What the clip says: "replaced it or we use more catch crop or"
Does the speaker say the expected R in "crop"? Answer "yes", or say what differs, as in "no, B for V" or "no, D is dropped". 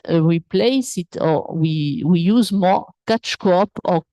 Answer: no, R is dropped